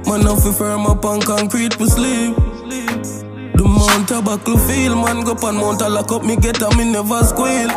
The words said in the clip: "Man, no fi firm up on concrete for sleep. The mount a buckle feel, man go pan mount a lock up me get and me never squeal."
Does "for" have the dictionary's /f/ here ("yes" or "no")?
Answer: no